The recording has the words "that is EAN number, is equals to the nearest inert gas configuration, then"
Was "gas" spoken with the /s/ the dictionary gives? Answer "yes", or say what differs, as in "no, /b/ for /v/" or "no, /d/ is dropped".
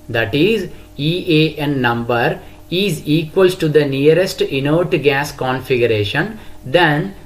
yes